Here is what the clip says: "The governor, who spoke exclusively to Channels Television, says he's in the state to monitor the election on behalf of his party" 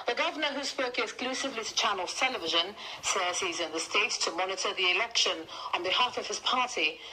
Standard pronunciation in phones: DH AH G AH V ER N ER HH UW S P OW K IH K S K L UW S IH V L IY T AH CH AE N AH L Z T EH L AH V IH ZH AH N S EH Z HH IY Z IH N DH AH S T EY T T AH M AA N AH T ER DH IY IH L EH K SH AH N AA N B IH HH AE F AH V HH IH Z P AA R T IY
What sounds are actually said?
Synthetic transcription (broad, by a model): DH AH G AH V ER N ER HH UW S P OW K IH K S K L UW S IH V L IY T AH CH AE N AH L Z T EH L AH V IH ZH AH N S EH Z HH IY Z IH N DH AH S T EY T T AH M AA N AH T ER DH IY IH L EH K SH AH N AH N B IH HH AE F AH V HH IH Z P AA R T IY